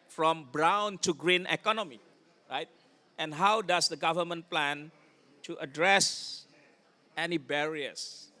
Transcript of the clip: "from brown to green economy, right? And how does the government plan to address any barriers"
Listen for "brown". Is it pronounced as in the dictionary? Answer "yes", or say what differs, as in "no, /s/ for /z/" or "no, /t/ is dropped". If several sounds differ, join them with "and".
yes